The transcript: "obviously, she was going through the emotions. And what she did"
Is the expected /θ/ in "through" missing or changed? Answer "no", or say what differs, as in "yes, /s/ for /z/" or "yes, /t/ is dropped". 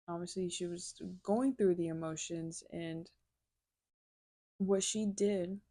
no